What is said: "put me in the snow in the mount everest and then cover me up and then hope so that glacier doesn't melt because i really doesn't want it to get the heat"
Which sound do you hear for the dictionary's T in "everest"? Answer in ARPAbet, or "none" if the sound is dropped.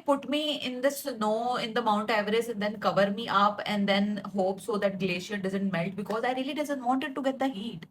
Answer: none